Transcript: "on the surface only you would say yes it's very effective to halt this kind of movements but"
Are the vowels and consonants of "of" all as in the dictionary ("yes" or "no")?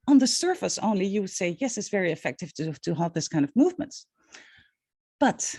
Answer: yes